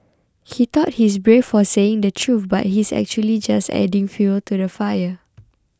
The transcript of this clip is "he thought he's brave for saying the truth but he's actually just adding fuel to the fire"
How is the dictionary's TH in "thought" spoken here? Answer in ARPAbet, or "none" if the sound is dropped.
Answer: T